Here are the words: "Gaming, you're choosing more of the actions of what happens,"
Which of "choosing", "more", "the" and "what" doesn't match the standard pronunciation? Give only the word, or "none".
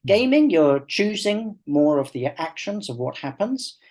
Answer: none